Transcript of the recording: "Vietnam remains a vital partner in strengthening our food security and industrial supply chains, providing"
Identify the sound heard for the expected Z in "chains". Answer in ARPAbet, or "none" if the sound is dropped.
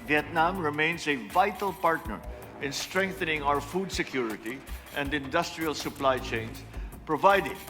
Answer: S